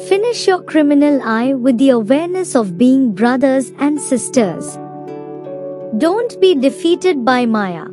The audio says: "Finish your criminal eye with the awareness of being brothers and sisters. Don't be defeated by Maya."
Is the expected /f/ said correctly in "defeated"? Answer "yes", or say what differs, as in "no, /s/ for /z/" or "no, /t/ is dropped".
yes